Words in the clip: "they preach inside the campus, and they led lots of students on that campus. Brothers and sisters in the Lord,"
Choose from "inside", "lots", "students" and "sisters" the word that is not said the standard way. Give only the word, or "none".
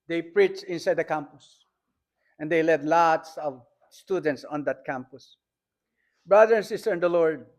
sisters